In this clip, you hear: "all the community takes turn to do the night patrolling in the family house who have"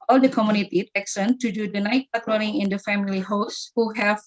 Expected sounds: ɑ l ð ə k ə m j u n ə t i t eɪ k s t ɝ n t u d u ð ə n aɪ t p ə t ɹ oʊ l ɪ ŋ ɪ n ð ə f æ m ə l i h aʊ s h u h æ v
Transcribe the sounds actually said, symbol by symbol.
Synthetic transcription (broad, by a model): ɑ l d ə k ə m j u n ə t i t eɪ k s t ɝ n t u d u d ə n aɪ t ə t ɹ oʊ n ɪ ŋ ɪ n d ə f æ m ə l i h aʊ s h u h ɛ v